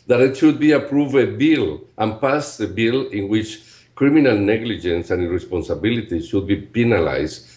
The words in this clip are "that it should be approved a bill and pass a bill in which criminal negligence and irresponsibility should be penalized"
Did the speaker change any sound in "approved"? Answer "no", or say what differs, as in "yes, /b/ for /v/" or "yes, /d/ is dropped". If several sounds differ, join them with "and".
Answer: yes, /d/ is dropped